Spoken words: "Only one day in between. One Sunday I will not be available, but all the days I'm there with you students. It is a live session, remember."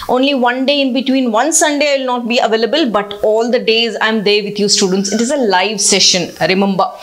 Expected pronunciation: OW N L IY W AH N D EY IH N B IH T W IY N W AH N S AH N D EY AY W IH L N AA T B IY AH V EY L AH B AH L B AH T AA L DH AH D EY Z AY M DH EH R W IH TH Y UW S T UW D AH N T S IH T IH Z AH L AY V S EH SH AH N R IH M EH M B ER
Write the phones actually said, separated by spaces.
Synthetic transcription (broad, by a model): OW N L IY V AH N D EY IH N B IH T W IY N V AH N S AH N D EY AY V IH L N AA T B IY AH V EY L AH B AH L B AH T AA L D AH D EY Z AY M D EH R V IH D Y UW S T UW D AH N T S IH T IH Z AH L AY V S EH SH AH N R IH M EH M B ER